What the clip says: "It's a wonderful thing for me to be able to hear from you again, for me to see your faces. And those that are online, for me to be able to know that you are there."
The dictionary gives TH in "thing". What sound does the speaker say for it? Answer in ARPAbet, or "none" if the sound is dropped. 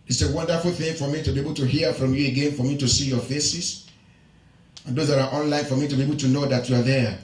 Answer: TH